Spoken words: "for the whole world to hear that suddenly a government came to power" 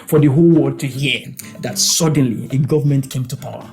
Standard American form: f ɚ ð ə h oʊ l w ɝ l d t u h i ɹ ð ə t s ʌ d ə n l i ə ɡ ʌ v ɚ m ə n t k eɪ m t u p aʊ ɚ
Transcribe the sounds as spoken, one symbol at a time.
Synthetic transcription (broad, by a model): f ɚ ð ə h oʊ l w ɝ d t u h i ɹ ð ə t s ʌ d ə n l i ə ɡ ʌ v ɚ m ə n t k eɪ m t u p aʊ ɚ